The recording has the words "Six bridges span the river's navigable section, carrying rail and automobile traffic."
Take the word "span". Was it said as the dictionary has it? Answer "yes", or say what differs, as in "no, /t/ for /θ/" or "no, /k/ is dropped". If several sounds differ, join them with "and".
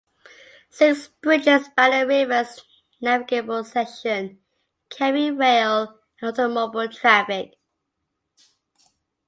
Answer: no, /b/ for /p/